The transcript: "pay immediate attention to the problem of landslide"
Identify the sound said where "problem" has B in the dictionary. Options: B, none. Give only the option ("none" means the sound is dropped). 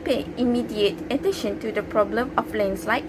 B